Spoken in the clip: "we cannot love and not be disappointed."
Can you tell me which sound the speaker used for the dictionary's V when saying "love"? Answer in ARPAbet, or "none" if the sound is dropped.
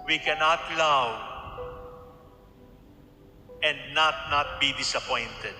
W